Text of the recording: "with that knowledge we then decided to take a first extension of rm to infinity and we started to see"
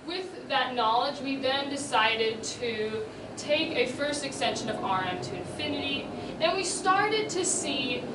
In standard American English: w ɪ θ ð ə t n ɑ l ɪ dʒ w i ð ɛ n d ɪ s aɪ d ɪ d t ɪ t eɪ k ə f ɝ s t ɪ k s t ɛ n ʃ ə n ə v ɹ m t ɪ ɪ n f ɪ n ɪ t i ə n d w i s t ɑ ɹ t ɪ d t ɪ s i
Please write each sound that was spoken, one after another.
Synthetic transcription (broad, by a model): w ɪ ð ə t n ɑ l ɪ dʒ w i ð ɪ n d ɪ s aɪ d ɪ d t ɪ t eɪ k ə f ɝ s t ɪ k s t ɛ n ʃ ə n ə v ɹ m t ɪ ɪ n f ɪ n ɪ t i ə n w i s t ɑ ɹ t ɪ d t ɪ s i